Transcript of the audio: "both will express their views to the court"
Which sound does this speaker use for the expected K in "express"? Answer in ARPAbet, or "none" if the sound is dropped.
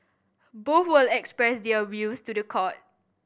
K